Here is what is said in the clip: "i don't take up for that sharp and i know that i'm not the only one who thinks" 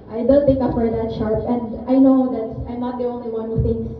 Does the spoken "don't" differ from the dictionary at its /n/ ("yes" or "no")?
yes